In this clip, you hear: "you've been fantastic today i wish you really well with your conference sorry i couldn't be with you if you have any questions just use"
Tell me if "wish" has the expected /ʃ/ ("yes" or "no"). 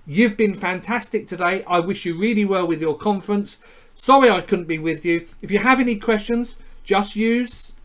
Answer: yes